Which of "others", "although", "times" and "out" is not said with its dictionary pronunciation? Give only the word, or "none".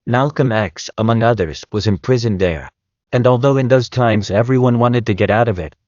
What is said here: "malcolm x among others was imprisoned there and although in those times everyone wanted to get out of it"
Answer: none